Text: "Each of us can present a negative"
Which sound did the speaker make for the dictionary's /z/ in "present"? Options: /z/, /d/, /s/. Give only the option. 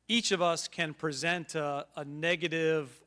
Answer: /z/